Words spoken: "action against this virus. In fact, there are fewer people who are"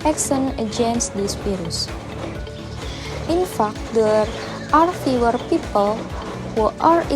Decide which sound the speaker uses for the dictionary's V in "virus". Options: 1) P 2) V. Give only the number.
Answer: 1